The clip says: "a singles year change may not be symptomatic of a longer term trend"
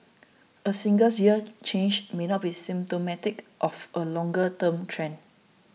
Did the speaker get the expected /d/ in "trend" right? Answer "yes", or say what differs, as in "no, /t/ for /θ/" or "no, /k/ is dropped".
no, /d/ is dropped